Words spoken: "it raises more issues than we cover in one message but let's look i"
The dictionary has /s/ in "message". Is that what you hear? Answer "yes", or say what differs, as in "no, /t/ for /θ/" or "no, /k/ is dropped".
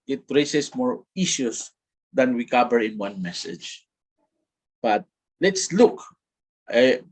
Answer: yes